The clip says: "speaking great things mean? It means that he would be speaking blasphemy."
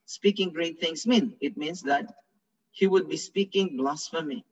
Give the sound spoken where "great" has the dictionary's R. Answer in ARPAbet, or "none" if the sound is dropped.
R